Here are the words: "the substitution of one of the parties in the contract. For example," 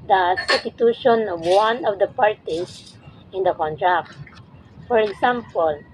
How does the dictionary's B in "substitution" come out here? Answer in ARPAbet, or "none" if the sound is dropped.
none